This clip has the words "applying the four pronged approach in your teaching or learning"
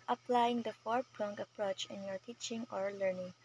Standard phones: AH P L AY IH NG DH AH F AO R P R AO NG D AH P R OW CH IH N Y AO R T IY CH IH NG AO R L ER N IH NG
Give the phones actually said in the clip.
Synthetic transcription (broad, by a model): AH P L AY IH NG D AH F AO R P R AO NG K AH P R OW CH IH N Y AO R T IY CH IH NG AO R L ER N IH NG